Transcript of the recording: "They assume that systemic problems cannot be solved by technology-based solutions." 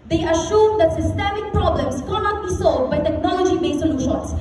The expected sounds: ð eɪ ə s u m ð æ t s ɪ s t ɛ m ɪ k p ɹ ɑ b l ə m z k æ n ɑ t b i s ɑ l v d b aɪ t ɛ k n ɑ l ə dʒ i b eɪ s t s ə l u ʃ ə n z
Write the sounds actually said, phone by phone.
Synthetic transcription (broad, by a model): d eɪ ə ʃ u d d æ t s ɪ s t ɛ m ɪ k p ɹ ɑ b l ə m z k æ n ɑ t b i s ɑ l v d b aɪ t ɛ k n ɑ l ə dʒ i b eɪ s s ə l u ʃ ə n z